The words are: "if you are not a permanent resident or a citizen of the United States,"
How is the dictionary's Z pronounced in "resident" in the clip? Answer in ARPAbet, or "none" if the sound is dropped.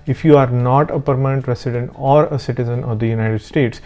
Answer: S